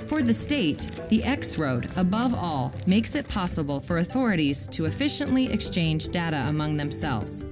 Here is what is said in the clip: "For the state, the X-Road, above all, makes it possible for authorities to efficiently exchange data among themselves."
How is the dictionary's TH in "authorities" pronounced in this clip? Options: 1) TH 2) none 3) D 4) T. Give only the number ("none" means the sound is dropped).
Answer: 1